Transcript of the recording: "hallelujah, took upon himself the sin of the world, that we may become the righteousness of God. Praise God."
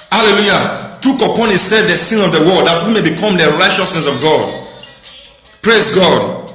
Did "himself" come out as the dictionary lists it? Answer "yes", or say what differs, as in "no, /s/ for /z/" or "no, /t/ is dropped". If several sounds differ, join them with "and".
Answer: no, /m/ is dropped